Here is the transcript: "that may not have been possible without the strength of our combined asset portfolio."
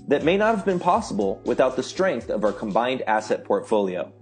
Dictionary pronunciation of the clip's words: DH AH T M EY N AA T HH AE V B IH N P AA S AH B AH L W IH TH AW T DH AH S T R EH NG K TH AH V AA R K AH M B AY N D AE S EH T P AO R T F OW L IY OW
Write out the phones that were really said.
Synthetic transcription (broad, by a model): DH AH T M EY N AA T HH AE V B IH N P AA S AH B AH L W IH TH AW T DH AH S T R EH NG K TH AH V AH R K AH M B AY N D AE S EH T P AO R T F OW L IY OW